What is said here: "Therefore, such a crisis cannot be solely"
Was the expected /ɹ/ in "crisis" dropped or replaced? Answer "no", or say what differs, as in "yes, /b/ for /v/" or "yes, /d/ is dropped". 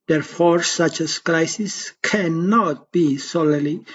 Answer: yes, /l/ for /ɹ/